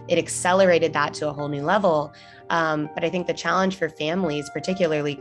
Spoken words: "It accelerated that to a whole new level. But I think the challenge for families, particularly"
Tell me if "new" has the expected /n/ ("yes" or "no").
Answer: yes